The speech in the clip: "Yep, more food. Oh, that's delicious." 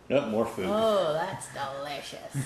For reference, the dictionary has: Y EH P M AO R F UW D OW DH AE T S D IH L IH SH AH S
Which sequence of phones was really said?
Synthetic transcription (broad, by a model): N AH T M AO R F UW OW DH AE T S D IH L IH SH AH S